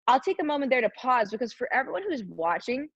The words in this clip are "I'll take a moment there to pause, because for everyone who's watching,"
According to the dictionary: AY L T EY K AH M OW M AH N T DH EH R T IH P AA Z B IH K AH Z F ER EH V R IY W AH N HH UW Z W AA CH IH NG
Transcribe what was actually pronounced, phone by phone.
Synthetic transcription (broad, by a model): AY L T EY K AH M OW M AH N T DH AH R T IH P AA Z B IH K AH Z F ER EH V R IY W AH N HH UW Z W AA CH IH NG